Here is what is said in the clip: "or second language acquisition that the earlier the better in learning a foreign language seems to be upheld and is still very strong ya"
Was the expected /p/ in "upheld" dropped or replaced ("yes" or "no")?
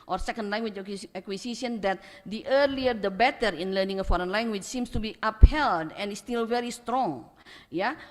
no